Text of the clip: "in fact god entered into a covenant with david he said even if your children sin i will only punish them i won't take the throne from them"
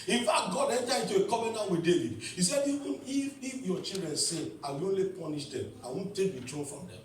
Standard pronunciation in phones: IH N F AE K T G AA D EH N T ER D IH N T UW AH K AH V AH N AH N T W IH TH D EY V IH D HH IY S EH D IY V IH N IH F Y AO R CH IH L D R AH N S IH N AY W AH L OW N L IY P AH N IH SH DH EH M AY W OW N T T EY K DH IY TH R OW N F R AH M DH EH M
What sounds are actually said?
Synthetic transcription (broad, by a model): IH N F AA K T G AA D EH N T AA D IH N T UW AH K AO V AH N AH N W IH D EY V IH D HH IY S EH D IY IH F IH F Y AO CH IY L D R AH N S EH AY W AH OW N L IY P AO N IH SH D EH M AY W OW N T T EY K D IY T R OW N F R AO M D EH M